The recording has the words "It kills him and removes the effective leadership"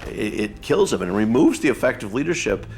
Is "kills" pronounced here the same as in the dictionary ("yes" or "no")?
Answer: yes